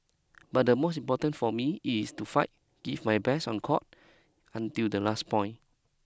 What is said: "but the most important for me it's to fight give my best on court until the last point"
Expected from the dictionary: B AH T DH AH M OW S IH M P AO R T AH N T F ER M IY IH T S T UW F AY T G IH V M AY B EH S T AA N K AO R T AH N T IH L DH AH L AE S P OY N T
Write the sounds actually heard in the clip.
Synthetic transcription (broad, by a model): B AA T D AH M OW S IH M P AO T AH N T F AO M IY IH S T UW F AY T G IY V M AY B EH S AA N K AO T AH N T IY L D AH L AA S P OY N